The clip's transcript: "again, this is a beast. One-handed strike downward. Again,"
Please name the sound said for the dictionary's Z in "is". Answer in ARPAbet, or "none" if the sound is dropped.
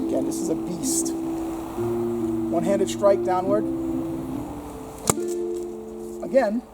Z